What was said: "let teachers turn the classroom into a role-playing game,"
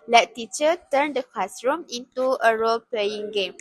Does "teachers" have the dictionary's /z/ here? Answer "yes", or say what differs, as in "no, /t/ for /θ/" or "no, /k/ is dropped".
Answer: no, /z/ is dropped